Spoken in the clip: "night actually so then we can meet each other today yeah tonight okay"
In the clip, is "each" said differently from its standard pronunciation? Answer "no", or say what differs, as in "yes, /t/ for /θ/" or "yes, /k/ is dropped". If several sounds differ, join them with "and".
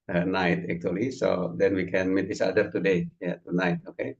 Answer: yes, /s/ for /tʃ/